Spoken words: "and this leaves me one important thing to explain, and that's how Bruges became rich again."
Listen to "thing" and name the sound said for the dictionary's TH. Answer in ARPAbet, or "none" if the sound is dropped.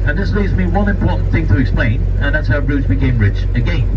TH